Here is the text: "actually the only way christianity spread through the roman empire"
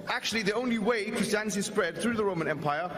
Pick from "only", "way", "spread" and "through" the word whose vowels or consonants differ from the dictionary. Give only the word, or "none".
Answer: none